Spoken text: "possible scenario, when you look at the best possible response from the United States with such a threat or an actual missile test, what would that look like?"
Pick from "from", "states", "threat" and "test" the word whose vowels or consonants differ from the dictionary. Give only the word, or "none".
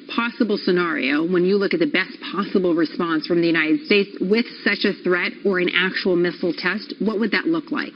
none